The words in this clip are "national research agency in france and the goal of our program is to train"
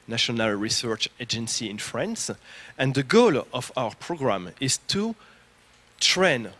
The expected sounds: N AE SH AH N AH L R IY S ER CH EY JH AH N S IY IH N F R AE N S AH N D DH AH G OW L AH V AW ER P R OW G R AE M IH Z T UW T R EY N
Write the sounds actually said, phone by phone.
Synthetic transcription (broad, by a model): N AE SH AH N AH L R IY S ER CH EY JH AH N S IY IH N F R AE N S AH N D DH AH G OW L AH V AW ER P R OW G R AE M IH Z T UW T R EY N